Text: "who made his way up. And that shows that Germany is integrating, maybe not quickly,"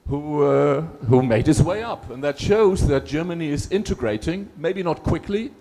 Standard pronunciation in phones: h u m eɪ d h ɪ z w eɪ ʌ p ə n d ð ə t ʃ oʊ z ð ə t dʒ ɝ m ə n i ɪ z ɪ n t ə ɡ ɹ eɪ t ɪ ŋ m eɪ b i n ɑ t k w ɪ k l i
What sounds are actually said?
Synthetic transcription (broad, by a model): h u m eɪ d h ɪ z w eɪ ʌ p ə n ð ə t ʃ oʊ z ð ə t dʒ ɝ m ə n i ɪ z ɪ n t ə ɡ ɹ eɪ t ɪ ŋ m eɪ b i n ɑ t k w ɪ k l i